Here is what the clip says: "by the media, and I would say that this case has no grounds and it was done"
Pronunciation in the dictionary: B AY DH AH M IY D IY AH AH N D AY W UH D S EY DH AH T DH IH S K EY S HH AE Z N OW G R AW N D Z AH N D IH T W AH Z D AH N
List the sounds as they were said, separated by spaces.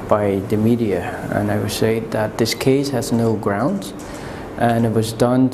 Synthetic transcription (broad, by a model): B AY DH AH M IY D IY AH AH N AY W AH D S EY DH AH T DH IH S K EY S HH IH Z N OW G R AW N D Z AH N IH T W AH Z D AH N